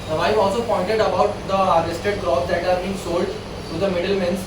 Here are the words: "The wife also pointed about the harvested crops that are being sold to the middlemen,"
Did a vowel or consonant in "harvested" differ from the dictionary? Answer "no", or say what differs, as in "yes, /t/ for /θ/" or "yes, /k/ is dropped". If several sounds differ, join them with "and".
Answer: yes, /v/ is dropped